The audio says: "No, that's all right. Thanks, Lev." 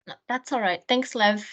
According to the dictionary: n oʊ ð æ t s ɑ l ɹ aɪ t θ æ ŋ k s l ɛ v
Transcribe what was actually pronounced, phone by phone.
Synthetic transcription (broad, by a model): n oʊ ð æ t s ɑ l ɹ aɪ t θ æ ŋ k s l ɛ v